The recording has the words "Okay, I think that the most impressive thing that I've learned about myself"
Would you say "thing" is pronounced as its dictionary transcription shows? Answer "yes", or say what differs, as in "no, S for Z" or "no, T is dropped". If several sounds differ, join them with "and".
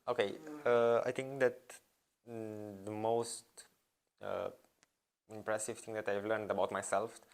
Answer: no, T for TH